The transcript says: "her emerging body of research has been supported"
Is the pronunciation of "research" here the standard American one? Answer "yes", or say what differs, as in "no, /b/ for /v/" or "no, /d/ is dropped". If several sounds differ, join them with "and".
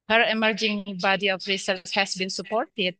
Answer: no, /s/ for /tʃ/